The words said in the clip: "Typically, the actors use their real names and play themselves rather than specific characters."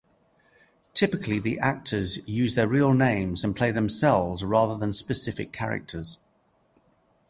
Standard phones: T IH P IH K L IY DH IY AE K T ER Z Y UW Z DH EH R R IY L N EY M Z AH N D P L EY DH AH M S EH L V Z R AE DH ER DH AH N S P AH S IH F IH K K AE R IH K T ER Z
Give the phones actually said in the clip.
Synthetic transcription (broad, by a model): T IH P IH K L IY DH IY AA K T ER Z Y UW Z DH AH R R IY L N EY M Z AH N P L EY DH AH M S EH L V Z R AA DH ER DH AH N S P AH S IH F IH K K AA R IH K T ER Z